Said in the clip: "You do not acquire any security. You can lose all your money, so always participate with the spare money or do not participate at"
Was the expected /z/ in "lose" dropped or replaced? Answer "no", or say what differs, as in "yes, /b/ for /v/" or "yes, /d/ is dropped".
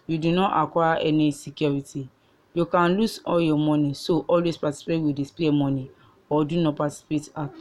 yes, /s/ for /z/